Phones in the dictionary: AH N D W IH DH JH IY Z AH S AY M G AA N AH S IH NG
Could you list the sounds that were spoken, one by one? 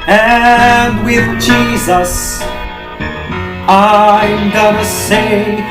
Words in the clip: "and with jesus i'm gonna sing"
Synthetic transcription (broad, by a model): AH N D W IH DH JH IY Z AH S AY M G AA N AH S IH